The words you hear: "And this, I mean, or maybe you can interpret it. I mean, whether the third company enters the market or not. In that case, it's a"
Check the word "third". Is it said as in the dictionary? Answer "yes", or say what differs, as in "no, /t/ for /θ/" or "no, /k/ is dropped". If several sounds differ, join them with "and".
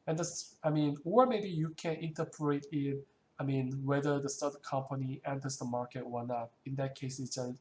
no, /t/ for /θ/